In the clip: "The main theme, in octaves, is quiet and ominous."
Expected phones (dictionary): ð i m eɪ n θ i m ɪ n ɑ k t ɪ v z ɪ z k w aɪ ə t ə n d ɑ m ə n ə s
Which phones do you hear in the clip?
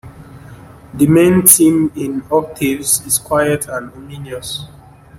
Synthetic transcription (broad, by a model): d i m eɪ n t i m ɪ n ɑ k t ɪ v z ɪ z k w aɪ ə t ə n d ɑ m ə n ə s